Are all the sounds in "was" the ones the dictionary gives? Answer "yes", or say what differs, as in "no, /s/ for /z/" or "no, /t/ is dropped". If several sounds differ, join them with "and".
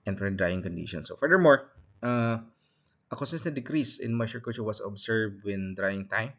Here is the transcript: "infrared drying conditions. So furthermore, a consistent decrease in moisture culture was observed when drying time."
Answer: no, /s/ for /z/